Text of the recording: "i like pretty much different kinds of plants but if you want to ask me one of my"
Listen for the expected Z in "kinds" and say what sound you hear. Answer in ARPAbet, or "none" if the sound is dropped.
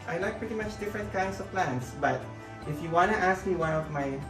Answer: S